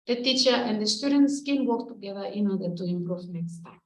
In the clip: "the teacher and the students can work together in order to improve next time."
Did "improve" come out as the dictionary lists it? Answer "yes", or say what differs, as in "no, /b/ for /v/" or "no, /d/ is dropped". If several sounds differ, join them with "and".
no, /f/ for /v/